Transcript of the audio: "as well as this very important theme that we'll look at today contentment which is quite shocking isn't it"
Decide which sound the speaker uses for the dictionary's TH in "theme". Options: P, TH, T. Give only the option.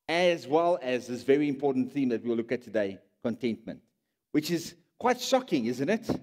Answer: TH